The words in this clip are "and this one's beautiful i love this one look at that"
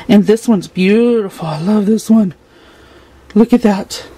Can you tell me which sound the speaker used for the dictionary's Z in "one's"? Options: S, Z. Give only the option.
Z